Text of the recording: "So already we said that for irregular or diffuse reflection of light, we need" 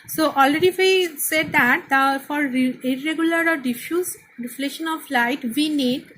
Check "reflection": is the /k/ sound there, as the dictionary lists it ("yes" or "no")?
no